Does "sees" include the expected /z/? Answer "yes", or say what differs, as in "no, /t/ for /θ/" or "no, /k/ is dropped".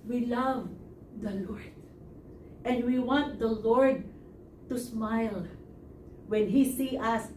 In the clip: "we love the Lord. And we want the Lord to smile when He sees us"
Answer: no, /z/ is dropped